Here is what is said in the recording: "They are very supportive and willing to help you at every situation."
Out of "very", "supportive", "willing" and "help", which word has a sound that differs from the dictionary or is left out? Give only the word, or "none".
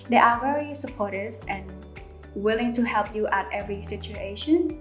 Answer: none